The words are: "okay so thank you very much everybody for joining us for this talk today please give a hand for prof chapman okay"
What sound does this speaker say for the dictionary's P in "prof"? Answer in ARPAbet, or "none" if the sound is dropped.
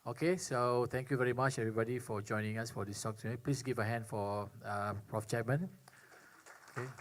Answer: P